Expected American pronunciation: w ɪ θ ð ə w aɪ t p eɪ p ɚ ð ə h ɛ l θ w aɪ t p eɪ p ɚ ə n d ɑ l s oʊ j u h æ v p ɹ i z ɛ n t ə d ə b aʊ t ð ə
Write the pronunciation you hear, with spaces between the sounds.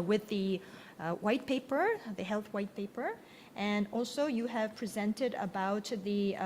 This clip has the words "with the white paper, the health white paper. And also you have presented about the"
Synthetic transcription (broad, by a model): w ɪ ð ə w aɪ t p eɪ p ɚ ð ə h ɛ l θ w aɪ t p eɪ p ɚ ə n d ɑ l s oʊ j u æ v p ɹ i z ɛ n t ə d ə b aʊ t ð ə